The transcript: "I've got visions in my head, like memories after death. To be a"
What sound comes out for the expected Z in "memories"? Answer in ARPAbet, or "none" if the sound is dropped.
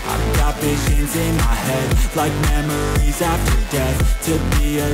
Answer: Z